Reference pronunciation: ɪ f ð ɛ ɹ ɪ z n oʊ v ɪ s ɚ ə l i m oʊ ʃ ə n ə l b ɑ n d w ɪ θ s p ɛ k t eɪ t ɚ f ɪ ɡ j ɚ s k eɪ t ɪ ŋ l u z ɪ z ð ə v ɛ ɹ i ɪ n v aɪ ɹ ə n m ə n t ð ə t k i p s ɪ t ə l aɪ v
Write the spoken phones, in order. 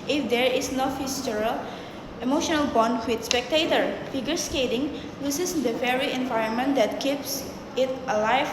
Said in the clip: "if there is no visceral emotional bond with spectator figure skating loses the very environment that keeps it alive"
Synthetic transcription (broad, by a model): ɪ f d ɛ ɹ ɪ s n oʊ f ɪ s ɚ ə l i m oʊ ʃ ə n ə l b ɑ n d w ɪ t s p ɛ k t eɪ t ɚ f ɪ ɡ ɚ s k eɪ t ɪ ŋ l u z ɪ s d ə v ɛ ɹ i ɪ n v aɪ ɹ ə n m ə n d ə t k i p s ɪ t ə l aɪ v